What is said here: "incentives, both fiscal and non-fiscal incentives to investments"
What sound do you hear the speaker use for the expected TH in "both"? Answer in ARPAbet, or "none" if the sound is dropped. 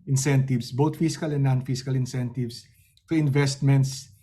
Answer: T